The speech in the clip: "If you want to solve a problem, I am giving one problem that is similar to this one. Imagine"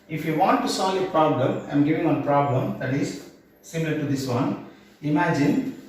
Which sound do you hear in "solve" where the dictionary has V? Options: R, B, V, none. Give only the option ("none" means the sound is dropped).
none